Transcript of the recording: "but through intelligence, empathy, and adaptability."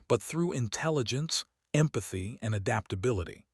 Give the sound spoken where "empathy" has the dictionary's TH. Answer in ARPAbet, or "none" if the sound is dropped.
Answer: TH